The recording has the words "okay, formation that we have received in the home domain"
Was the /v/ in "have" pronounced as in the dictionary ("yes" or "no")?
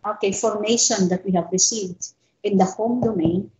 yes